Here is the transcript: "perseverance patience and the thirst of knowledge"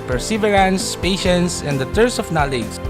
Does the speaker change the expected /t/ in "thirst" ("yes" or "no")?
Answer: yes